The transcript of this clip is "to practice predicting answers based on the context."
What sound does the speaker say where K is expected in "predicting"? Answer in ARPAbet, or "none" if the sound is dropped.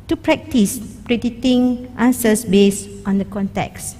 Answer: none